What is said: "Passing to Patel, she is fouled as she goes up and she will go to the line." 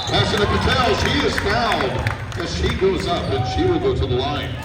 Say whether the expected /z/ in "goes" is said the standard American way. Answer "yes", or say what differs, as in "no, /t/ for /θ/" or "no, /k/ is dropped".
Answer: yes